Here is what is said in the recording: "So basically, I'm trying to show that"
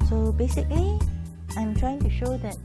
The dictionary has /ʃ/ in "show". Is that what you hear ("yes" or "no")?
yes